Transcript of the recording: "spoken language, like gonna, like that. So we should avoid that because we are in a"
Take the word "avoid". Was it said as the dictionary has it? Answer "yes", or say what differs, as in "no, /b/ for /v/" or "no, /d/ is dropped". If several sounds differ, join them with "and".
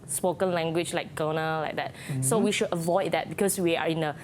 yes